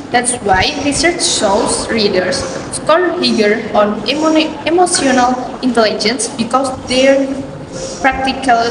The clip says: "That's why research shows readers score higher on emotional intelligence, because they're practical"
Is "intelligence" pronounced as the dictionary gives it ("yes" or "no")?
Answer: yes